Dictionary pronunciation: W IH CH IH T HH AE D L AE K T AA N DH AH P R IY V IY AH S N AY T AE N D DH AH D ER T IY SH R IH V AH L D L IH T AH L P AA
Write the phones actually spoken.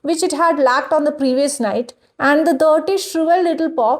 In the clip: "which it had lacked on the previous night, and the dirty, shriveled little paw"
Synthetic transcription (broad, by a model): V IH CH IH T HH AE D L AE K T AA N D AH P R IY V IY AH S N AY T AE N D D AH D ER T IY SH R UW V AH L L IH T AH L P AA